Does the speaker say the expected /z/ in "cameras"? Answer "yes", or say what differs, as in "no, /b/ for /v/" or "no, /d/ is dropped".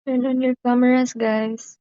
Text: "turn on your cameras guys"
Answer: no, /s/ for /z/